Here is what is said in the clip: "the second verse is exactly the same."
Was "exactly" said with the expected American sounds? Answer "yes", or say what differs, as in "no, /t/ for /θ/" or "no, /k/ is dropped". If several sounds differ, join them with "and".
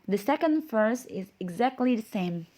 yes